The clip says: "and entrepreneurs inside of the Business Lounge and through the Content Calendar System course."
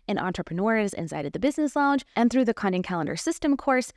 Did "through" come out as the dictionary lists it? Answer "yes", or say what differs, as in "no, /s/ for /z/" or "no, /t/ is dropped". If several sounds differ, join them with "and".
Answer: yes